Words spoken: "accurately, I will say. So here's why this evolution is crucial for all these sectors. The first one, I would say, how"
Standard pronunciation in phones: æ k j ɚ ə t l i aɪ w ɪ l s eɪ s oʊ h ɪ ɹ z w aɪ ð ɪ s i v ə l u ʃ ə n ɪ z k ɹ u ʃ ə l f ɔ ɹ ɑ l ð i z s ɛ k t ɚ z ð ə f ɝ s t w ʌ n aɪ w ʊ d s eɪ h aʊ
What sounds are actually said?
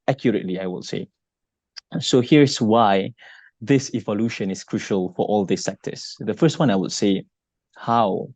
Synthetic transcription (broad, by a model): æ k j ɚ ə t l i aɪ w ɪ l s eɪ s oʊ h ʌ ɹ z w aɪ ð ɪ s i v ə l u ʃ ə n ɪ s k ɹ u ʃ ə l f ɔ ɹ ɑ l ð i s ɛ k t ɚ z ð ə f ɝ s t w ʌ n aɪ w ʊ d s eɪ h aʊ